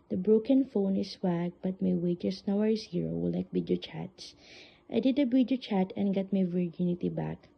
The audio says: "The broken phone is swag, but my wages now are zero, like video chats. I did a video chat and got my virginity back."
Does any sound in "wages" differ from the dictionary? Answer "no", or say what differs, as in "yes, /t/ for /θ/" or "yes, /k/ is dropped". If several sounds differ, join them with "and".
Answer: yes, /s/ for /z/